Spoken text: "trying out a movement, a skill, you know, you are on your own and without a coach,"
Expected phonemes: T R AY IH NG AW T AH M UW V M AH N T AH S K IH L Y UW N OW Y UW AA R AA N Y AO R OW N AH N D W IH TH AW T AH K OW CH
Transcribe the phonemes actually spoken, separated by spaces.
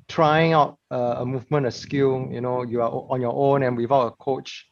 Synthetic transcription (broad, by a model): T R AY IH NG AW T AH M UW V M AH N AH S K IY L Y UW N OW Y UW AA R AA N Y AO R OW N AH N W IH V AW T AH K OW CH